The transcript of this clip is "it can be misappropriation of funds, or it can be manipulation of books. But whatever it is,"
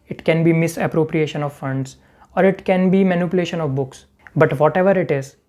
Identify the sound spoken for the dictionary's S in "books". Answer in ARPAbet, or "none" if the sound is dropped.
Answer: S